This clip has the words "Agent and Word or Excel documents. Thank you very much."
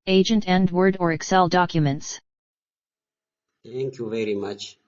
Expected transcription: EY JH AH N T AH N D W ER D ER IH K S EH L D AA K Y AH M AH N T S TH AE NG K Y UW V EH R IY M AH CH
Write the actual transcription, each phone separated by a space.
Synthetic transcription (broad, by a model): EY JH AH N T AH N D W ER D ER IH K S EH L D AA K Y AH M AH N T S T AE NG K Y UW V EH R IY M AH CH